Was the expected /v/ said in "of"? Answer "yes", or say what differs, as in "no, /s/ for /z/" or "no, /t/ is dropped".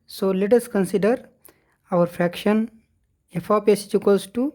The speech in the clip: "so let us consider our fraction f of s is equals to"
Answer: no, /p/ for /v/